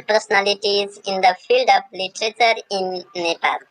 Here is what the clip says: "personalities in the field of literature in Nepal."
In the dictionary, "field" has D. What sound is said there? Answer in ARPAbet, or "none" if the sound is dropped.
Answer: D